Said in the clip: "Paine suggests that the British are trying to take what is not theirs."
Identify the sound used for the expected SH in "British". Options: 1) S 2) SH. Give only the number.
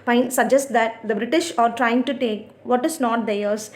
2